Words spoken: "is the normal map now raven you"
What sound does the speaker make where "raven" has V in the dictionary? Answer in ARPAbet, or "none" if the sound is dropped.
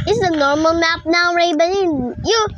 B